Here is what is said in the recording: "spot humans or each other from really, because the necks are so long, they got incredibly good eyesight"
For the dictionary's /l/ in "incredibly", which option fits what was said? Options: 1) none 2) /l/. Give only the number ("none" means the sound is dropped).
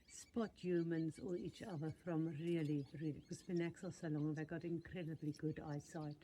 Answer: 2